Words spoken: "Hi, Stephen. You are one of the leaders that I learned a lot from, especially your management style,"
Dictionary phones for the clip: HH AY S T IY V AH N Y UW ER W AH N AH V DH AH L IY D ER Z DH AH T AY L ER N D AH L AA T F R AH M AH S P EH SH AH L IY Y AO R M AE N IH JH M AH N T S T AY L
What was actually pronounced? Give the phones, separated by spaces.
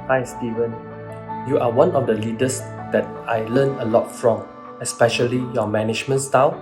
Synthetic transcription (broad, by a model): HH AY S T IY V AH N Y UW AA W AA N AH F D AH L IY D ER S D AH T AY L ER N AH L AA T F R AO M AH S P EH SH AH L IY Y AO M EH N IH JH M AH N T S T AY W